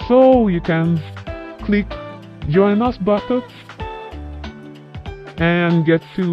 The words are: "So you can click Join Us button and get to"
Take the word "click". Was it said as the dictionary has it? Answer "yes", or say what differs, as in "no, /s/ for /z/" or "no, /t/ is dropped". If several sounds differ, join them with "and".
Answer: yes